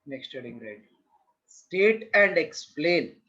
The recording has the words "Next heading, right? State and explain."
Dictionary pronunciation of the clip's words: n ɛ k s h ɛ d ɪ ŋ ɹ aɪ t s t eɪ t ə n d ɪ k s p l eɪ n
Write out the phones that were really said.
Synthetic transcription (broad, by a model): n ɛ k s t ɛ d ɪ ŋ ɹ aɪ t s t eɪ t ə n d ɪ k s p l eɪ n